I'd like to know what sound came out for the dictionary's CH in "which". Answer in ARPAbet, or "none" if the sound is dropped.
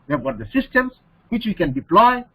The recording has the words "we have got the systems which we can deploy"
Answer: CH